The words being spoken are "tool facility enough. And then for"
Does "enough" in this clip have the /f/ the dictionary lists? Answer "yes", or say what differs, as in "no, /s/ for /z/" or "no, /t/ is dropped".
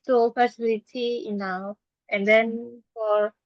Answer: no, /f/ is dropped